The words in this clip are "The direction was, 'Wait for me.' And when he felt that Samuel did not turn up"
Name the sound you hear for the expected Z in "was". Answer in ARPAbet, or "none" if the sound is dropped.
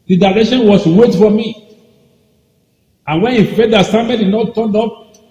S